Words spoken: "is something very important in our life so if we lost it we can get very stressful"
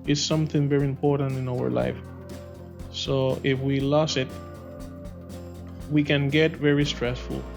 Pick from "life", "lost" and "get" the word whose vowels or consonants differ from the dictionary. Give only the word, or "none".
lost